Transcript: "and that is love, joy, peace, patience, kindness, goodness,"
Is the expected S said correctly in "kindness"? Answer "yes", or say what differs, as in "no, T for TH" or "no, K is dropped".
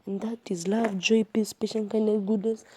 no, S is dropped